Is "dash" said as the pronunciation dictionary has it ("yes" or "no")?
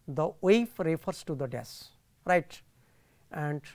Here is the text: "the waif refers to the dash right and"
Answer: no